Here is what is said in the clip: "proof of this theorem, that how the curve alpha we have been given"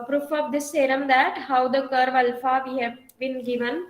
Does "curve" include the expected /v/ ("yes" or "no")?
yes